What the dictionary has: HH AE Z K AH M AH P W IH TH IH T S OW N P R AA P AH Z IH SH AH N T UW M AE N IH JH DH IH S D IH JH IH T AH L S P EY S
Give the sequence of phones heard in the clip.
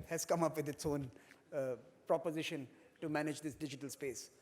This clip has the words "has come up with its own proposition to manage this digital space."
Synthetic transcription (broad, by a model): HH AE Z K AH M AH P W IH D IH T S OW N P R AA P AH Z IH SH AH N T UW M AE N IH JH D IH S D IH JH IH T AH L S P EY S